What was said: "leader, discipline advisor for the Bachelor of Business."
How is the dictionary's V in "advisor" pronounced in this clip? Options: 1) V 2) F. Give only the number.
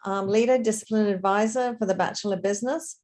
1